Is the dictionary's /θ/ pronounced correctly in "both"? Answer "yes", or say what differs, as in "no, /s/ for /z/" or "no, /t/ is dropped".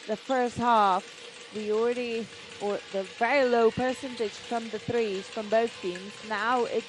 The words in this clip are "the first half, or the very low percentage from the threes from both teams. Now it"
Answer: yes